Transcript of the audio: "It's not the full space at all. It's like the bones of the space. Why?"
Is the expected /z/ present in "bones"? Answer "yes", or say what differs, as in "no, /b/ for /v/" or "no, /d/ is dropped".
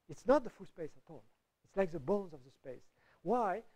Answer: yes